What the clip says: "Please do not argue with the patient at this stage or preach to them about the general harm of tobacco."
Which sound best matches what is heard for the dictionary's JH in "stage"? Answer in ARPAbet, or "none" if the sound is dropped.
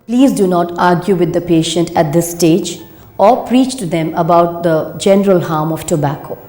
JH